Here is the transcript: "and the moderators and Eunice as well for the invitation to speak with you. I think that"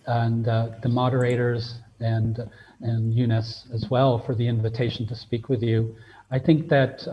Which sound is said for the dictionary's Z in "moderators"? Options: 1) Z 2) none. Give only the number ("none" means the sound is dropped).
1